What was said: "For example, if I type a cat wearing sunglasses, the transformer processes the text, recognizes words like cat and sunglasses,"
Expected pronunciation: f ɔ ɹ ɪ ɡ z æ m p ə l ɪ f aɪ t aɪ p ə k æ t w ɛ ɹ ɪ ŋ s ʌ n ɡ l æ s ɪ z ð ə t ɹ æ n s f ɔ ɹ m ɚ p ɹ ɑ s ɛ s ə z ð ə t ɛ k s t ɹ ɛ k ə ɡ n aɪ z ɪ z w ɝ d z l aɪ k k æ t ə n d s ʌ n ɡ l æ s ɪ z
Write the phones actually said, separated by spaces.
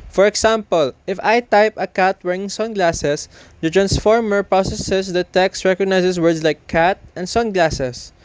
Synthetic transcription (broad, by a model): f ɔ ɹ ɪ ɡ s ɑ m p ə l ɪ f aɪ t aɪ p ə k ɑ t w ɛ ɹ ɪ ŋ s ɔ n ɡ l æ s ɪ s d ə t ɹ æ n s f ɔ ɹ m ɚ p ɹ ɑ s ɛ s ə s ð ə t ɛ k s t ɹ ɛ k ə ɡ n aɪ s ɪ s w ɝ d s l aɪ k k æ t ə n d s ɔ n ɡ l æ s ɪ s